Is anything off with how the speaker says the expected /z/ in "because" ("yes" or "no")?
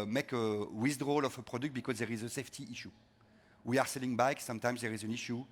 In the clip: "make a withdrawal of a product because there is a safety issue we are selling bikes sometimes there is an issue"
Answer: no